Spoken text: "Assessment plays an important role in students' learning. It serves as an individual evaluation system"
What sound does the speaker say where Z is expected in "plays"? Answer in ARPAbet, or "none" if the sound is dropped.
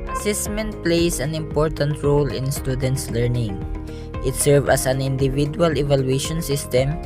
S